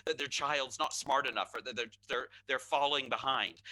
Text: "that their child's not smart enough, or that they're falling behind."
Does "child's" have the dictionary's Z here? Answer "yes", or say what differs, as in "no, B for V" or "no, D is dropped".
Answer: yes